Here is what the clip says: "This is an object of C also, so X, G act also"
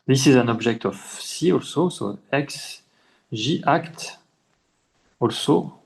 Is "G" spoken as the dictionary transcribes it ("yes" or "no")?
no